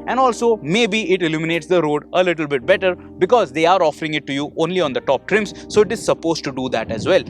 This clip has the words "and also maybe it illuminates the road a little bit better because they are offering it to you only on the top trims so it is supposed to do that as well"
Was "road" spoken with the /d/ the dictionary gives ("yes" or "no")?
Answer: yes